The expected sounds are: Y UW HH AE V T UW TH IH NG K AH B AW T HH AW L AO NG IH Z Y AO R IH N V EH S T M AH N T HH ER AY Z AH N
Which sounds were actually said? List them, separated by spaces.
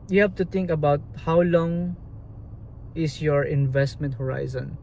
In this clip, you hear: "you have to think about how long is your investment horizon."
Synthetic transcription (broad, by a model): Y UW HH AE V T UW T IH NG K AH B AW T HH AW L AO NG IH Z Y AO R IH N V EH S T M AH N T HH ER AY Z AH N